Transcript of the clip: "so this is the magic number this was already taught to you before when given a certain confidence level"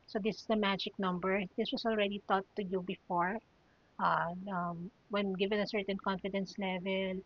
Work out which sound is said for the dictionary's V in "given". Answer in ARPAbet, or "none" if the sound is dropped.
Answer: V